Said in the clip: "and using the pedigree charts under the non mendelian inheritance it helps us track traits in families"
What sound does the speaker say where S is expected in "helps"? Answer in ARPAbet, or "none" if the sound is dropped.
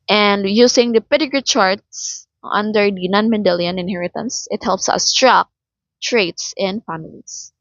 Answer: S